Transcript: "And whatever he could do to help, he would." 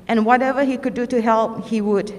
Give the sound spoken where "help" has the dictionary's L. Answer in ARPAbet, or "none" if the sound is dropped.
L